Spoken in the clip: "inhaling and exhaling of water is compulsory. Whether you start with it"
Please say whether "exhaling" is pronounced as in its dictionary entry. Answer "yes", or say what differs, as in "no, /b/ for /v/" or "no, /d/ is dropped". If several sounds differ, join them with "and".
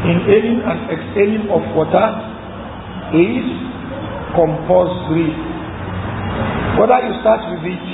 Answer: no, /n/ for /l/